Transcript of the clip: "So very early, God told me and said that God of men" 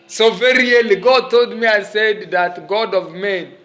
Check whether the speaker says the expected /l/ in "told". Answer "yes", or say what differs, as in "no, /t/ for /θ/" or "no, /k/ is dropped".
yes